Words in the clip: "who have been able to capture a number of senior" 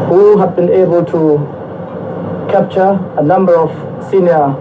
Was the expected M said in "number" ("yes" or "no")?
yes